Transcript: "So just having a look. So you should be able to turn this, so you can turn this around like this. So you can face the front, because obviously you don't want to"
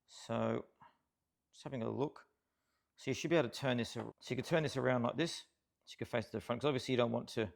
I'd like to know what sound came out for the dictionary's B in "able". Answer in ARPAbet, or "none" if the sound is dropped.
none